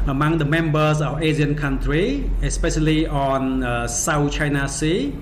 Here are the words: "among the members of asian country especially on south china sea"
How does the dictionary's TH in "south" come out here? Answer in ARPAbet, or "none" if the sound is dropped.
T